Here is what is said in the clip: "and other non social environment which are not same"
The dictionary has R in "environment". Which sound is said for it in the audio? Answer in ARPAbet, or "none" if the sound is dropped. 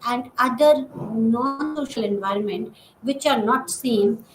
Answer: R